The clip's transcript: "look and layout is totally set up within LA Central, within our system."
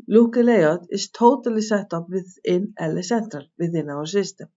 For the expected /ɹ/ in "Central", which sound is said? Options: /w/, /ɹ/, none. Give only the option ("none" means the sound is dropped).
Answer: /ɹ/